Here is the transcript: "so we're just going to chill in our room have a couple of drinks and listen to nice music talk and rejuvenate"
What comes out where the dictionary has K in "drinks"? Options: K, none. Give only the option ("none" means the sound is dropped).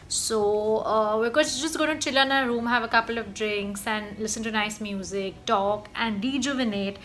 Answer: K